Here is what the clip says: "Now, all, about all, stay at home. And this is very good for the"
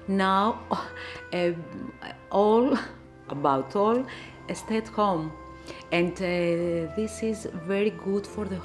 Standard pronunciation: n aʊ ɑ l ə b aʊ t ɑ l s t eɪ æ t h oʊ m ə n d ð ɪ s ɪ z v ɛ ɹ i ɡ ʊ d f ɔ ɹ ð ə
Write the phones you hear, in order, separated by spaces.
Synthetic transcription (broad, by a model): n aʊ ɑ l ə b aʊ t ɑ l s t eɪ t h oʊ m ə n d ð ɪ s ɪ z v ɛ ɹ i ɡ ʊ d f ɔ ɹ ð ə